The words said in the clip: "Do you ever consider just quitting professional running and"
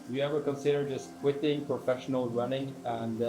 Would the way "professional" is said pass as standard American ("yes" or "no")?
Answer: yes